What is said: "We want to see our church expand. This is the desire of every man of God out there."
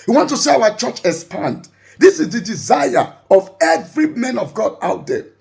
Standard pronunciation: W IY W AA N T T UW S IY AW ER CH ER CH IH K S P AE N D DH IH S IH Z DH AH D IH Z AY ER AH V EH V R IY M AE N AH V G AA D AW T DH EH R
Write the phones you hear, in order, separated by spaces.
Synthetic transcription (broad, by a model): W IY W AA N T T UW S IY AW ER CH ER CH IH S P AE N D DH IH S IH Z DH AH D IH Z AY ER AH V EH V R IY M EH N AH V G AA D AW T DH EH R